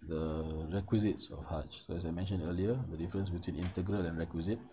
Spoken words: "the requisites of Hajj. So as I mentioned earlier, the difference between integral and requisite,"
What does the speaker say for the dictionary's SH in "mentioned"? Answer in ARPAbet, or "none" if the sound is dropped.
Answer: SH